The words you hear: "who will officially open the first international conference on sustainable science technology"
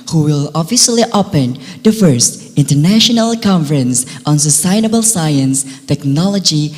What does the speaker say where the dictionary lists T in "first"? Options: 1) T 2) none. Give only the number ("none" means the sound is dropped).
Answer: 1